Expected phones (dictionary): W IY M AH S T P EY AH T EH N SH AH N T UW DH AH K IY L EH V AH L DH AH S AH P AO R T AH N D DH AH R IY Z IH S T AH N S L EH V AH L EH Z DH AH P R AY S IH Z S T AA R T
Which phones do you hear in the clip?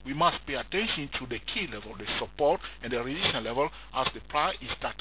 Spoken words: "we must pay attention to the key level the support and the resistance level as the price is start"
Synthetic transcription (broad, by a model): W IY M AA S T P EY AH T EH N SH AH N T UW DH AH K IY L EH V AH L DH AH S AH P AO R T AH N D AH R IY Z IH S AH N L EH V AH L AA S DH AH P R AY IH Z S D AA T